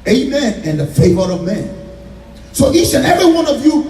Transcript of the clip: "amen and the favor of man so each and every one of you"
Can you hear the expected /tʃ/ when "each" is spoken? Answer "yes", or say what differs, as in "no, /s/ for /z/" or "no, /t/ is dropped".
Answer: no, /s/ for /tʃ/